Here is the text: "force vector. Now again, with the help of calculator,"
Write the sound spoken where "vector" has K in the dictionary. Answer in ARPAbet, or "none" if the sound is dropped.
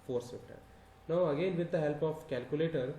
none